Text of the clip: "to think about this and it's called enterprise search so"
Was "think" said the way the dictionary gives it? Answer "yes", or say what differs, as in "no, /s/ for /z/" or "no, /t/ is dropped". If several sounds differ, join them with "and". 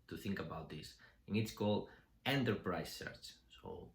yes